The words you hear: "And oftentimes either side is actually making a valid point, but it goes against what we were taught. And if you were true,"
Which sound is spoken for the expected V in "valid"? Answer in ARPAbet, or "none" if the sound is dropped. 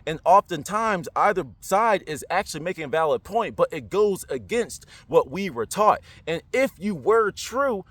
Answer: V